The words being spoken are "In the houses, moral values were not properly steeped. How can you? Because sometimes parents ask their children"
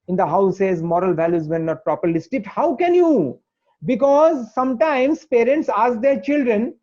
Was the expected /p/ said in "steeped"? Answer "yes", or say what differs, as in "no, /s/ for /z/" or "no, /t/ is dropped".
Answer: no, /p/ is dropped